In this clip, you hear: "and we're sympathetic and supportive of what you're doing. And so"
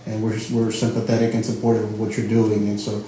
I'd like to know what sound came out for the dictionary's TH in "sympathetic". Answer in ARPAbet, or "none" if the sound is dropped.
TH